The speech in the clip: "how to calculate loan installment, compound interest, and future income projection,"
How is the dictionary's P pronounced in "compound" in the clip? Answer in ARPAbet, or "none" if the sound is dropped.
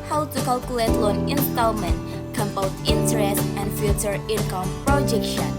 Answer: B